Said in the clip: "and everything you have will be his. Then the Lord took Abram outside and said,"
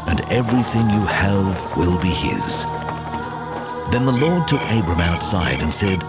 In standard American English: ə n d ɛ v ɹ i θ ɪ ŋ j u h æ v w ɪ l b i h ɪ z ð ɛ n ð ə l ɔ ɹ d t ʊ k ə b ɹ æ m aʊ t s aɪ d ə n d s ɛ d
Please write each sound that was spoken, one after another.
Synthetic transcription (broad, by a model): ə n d ɛ v ɹ i θ ɪ ŋ j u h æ v w ɪ l b i ɪ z ð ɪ n ð ə l ɔ ɹ d t ʊ k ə b ɹ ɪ m aʊ t s aɪ d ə n s ɛ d